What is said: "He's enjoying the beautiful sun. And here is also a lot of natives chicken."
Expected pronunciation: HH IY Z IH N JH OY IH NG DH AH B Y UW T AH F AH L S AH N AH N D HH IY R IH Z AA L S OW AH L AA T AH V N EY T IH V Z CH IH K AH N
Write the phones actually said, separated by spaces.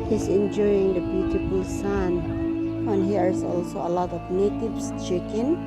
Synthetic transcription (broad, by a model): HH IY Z IH N JH OY IH NG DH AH B Y UW T AH F AH L S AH N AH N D HH IY R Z AA L S OW AH L AA T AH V N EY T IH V S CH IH K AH N